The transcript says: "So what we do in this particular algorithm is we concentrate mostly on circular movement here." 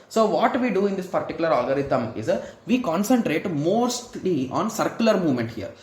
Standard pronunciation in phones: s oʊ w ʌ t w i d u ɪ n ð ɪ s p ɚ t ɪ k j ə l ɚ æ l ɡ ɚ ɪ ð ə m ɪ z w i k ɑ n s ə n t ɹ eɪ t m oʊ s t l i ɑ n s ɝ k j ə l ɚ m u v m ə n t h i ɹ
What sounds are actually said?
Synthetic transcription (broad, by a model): s oʊ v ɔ t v i d u ɪ n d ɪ s p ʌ t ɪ k j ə l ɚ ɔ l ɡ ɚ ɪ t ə m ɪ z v i k ɑ n s ə n t ɹ eɪ t m oʊ s t l i ɑ n s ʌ k j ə l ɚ m u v m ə n t h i ɹ